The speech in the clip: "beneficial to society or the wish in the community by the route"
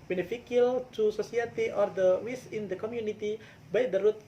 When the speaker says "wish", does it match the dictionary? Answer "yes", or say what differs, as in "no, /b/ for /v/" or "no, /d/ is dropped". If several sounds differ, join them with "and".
no, /s/ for /ʃ/